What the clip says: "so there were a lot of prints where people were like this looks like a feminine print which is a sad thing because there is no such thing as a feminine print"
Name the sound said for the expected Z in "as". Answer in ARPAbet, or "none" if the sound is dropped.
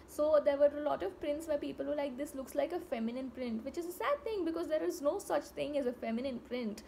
Z